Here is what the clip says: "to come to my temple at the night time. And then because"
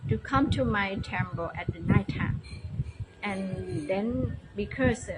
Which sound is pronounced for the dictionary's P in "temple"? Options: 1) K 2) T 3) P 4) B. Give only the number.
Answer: 4